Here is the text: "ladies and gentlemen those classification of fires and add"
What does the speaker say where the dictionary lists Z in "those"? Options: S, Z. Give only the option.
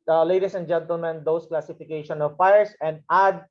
S